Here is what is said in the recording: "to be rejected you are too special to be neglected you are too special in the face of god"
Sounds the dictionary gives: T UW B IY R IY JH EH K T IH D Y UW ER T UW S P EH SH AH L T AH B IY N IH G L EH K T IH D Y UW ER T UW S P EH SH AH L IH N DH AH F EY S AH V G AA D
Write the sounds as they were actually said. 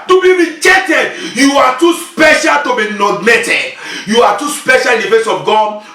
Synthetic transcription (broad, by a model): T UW B IY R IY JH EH T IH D Y UW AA T UW S P EH SH AH L T AH B IY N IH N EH T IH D Y UW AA T UW S P EH SH AH L IH N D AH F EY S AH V G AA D